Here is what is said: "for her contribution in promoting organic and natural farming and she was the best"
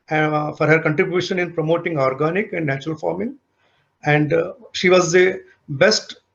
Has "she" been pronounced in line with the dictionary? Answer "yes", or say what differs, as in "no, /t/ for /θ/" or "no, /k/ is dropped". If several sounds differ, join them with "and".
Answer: yes